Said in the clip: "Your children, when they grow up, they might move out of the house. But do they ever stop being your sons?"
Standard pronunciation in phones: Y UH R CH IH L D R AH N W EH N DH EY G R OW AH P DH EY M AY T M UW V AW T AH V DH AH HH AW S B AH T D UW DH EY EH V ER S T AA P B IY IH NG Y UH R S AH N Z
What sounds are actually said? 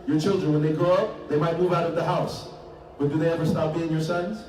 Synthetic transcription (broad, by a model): Y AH R CH IH L D R AH N W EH N DH EY G R OW AH P DH EY M AY T M UW V AW T AH V DH AH HH AW S B AH T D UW DH EY EH V ER S T AA P B IY IH NG Y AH R S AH N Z